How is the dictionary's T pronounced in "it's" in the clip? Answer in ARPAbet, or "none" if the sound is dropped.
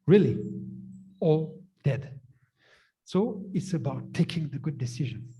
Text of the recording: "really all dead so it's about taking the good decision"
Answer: T